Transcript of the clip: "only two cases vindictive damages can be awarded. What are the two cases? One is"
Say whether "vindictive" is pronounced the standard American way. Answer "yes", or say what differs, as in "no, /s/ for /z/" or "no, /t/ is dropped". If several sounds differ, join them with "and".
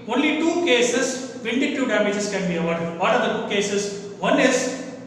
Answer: no, /k/ is dropped